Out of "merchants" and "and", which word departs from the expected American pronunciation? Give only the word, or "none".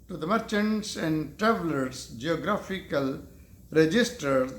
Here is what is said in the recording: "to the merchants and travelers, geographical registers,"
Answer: none